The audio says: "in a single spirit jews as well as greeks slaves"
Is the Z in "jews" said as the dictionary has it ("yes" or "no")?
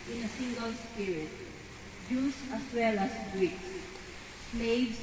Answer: no